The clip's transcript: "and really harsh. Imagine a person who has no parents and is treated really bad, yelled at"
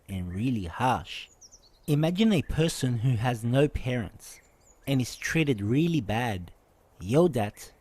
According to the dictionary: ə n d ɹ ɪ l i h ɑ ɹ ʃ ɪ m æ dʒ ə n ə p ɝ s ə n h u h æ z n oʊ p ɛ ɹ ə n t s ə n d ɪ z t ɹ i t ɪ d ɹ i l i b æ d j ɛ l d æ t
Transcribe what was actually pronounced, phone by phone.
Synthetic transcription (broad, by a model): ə n ɹ ɪ l i h ɑ ɹ ʃ ɪ m æ dʒ ə n ə p ɝ s ə n h u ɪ z n oʊ p ɛ ɹ ə n t s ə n ɪ z t ɹ i t ɪ d ɹ i l i b æ d j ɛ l d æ t